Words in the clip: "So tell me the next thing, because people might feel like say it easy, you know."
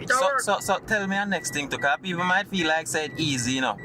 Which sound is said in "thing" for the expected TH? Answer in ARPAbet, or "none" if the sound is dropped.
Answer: T